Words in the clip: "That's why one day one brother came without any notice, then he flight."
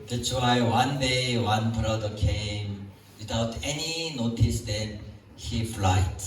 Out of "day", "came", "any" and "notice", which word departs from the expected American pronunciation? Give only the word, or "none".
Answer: none